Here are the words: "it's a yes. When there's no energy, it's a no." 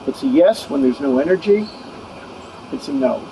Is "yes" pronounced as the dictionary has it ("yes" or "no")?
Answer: yes